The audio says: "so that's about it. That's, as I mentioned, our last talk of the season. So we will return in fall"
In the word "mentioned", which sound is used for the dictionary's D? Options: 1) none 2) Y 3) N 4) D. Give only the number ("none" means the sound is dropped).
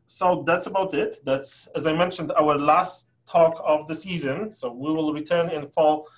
4